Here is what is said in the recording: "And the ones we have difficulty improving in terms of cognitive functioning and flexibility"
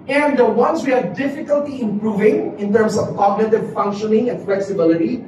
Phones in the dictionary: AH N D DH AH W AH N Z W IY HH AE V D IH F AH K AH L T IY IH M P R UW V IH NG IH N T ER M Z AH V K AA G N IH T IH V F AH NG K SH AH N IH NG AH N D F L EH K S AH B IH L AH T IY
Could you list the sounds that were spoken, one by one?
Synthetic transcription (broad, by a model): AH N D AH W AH N S W IY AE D D IH F AH K AH L T IY IH M P R UW V IH NG IH N T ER M S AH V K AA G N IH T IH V F AH NG K SH AH N IH NG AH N F L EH K S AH B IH L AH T IY